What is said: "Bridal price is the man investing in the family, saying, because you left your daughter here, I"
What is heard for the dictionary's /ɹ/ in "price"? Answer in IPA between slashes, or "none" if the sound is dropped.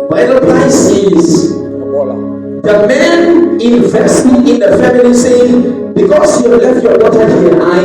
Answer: /l/